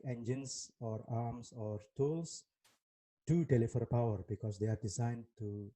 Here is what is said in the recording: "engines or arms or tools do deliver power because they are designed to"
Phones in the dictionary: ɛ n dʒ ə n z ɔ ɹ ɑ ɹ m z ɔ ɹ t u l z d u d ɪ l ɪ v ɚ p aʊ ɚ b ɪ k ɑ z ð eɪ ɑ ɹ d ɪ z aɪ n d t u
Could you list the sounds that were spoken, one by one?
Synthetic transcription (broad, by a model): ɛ n dʒ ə n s ɔ ɹ ɑ ɹ m s ɔ ɹ t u l s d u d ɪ l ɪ f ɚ p aʊ ɚ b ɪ k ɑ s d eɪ ɑ ɹ d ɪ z aɪ n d t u